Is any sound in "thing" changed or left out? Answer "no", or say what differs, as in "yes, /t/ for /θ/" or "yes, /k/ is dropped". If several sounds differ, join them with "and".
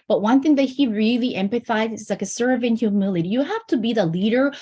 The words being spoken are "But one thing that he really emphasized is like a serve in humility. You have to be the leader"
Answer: no